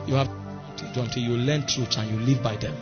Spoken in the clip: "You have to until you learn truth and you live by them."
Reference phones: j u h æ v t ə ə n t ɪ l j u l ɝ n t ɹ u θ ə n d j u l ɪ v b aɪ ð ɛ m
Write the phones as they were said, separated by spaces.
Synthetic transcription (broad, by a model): j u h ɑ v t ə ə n t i j u l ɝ n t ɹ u s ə n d j u l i v b aɪ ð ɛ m